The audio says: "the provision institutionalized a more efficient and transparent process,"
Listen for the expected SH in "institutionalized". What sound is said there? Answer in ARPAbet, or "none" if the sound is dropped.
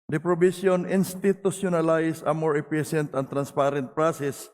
S